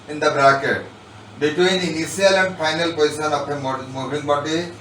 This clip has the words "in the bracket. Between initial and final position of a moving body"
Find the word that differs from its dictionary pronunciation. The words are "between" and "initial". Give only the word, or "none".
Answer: initial